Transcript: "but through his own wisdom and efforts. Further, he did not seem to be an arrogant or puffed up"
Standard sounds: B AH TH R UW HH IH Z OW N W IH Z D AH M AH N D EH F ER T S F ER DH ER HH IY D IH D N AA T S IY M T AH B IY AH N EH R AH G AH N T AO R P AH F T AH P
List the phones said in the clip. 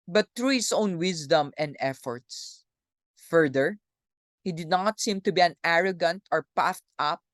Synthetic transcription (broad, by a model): B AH T R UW HH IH S OW N W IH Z D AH M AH N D EH F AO T S F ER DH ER HH IY D IH D N AA T S IY M T AH B IY AH N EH R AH G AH N T AO R P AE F T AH P